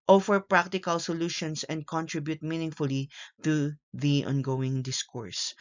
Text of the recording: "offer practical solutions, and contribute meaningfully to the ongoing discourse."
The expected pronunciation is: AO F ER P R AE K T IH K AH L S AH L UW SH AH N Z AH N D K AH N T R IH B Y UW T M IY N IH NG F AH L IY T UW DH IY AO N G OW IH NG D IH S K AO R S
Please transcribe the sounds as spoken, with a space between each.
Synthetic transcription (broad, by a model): AO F ER P R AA K T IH K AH L S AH L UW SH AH N S AH N D K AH N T R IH B Y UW T M IY N IH NG F AH L IY T UW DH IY AO N G OW IH NG D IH S K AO R S